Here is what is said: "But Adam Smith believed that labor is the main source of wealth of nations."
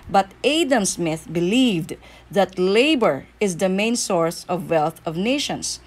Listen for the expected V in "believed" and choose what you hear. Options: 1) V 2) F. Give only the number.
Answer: 1